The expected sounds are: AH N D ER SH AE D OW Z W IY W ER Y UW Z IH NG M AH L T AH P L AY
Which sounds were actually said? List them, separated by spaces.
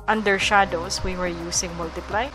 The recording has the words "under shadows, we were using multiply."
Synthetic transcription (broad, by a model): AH N D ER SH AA D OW S W IY W ER Y UW S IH NG M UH L T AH P L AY